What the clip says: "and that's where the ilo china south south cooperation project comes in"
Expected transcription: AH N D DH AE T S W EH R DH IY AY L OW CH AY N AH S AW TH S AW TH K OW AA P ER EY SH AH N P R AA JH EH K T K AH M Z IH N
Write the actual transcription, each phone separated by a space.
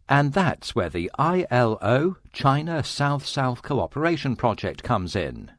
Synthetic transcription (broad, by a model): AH N DH AE T S W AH R DH IY AY L OW CH AY N AH S AW TH S AW TH K OW AA P ER EY SH AH N P R AA JH EH K T K AH M Z IH N